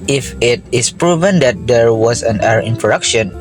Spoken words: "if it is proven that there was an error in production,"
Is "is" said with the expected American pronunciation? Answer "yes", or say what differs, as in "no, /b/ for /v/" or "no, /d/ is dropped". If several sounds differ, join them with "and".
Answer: no, /s/ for /z/